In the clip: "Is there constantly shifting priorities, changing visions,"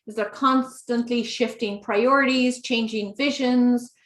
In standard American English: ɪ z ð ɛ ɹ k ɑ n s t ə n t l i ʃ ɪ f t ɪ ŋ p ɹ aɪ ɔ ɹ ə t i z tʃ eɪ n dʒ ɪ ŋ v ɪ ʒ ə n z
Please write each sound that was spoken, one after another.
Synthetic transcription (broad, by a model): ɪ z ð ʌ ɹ k ɑ n s t ə n t l i ʃ ɪ f t ɪ ŋ p ɹ aɪ ɔ ɹ ə t i z tʃ eɪ n dʒ ɪ ŋ v ɪ ʒ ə n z